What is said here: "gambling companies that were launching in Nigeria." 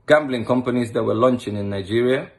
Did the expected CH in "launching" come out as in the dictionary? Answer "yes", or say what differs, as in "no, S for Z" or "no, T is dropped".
yes